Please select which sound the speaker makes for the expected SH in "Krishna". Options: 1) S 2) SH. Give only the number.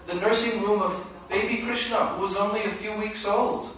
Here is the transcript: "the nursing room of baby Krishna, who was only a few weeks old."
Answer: 2